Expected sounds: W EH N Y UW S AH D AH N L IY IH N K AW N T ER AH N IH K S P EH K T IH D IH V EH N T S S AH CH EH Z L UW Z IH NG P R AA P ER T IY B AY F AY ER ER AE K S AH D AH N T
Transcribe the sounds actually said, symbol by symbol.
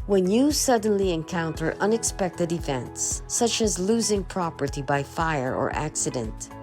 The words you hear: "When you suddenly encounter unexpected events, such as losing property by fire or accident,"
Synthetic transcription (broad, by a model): W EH N Y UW S AH D N L IY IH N K AW N T ER AH N IH K S P EH K T IH D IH F EH N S S AH CH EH Z L UW Z IH NG P R AA P ER T IY B AY F AY ER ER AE K S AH D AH N T